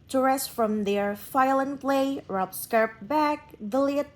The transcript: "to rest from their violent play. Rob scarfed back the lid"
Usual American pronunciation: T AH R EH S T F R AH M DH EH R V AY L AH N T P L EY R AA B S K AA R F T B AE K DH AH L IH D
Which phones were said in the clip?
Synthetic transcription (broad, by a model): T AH R EH S T F R AH M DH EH R F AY L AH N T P L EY R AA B S K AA R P B AE K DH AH L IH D